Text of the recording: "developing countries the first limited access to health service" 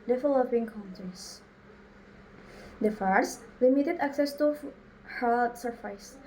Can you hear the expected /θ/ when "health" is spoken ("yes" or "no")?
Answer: no